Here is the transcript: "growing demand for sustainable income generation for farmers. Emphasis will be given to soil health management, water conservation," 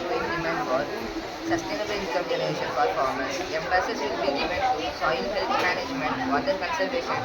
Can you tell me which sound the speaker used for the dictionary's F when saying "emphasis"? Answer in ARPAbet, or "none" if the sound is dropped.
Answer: P